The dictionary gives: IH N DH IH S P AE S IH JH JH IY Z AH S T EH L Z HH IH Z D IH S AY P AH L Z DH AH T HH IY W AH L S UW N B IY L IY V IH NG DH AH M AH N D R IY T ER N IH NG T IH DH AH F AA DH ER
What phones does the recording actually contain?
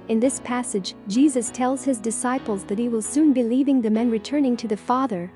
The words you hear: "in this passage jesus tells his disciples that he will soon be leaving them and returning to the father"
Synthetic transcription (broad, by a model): IH N DH IH S P AE S IH JH JH IY Z AH S T EH L Z HH IH Z D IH S AY P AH L Z DH AH T HH IY W AH L S UW N B IY L IY V IH NG DH AH M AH N R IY T ER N IH NG T IH DH AH F AA DH ER